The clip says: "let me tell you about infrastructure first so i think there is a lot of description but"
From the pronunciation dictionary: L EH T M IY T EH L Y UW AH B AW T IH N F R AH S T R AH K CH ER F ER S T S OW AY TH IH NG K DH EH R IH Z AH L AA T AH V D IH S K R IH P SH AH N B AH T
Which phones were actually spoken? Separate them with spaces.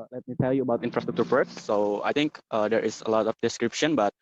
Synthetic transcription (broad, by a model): L EH T M IY T EH L Y UW AH B AW T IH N F R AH S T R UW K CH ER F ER T S OW AY T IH NG K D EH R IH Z AH L AA T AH F D IH S K R IH P SH AH N B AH T